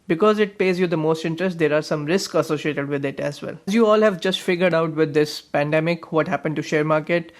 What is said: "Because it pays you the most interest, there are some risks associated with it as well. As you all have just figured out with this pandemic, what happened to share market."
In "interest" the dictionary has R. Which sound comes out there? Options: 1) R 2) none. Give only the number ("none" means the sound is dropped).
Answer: 1